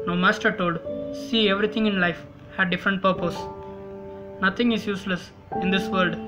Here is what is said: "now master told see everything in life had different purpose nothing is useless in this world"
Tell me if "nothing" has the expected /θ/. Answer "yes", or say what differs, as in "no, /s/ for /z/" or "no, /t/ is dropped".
no, /t/ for /θ/